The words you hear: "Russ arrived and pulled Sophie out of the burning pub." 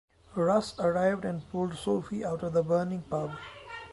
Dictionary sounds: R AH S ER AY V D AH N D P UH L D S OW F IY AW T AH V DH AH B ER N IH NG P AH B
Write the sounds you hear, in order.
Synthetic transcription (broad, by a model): R AH S ER AY V D AH N D P UH L D S OW F IY AW T AH V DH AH B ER N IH NG P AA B